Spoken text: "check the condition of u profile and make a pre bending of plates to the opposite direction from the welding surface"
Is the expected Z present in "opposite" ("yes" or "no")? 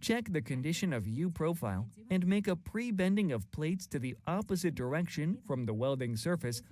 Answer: yes